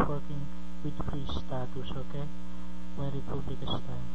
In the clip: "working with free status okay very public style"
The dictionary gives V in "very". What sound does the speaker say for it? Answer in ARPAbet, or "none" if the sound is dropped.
W